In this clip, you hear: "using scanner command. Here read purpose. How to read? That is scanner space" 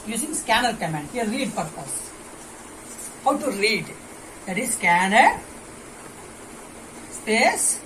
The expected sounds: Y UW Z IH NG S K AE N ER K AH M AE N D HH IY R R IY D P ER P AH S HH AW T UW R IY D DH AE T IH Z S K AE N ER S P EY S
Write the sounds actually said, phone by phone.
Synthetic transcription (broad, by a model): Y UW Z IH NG S K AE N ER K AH M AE N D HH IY L R IY D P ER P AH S HH AW T UW R IY D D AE T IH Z S K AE N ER S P EY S